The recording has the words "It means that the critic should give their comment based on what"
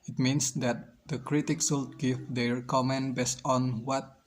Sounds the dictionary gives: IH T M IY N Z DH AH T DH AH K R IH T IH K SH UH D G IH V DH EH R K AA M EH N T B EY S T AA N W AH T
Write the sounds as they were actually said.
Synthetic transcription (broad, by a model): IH T M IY N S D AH T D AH K R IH T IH K S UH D G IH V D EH R K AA M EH N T B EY S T AA N W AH T